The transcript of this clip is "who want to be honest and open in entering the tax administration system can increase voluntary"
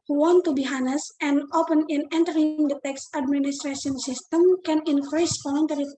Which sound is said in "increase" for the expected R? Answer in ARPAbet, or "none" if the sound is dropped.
R